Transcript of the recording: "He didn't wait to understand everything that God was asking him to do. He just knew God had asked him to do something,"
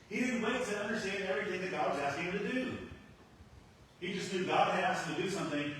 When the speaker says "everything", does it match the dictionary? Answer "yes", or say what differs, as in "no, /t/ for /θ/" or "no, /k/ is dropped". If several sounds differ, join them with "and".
yes